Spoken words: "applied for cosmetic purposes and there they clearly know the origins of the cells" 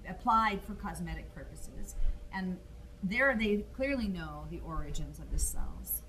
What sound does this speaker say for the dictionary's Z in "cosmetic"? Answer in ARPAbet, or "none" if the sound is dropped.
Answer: Z